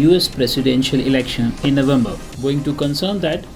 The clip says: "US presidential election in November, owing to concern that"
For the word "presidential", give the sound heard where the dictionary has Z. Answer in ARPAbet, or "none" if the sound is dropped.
S